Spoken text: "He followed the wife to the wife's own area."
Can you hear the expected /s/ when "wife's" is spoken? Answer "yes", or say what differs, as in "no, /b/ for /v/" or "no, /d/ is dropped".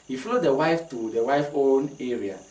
no, /s/ is dropped